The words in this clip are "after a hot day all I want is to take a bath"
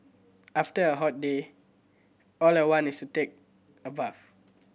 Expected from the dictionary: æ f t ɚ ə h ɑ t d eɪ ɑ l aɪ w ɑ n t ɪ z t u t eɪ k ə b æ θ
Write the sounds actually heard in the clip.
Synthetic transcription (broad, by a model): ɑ f t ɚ ə h ɑ t d eɪ ɑ l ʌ w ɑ n ɪ s t u t eɪ k ə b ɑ f